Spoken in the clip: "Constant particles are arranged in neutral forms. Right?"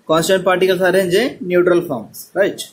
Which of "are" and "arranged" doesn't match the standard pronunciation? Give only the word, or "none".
arranged